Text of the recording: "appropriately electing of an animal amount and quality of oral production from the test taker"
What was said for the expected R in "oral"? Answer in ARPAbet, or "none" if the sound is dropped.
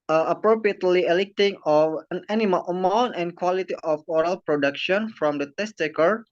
R